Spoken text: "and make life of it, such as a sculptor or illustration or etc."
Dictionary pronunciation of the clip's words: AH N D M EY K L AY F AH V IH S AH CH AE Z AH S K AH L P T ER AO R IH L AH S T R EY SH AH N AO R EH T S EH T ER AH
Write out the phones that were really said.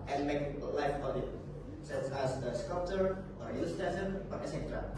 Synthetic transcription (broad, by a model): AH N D M EY K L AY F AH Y IH S AH CH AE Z AH S K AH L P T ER AO R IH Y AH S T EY S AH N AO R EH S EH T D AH